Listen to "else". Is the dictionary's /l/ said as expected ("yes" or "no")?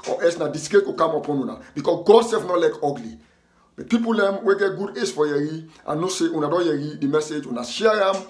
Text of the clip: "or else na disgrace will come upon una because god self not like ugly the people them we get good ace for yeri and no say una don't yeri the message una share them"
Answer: no